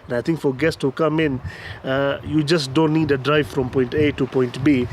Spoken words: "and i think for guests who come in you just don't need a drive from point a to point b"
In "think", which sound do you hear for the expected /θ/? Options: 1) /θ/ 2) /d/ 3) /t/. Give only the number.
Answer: 3